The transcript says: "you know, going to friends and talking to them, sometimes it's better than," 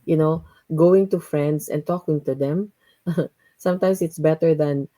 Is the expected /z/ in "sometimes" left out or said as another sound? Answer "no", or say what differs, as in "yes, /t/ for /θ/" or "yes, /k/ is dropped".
yes, /s/ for /z/